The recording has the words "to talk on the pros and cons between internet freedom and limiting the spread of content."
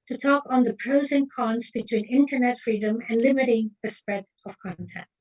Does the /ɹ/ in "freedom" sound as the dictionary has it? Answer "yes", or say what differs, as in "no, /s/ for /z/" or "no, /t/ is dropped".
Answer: yes